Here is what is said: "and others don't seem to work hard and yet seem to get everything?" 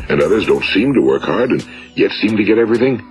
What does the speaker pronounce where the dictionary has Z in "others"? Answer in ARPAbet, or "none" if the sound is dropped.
Z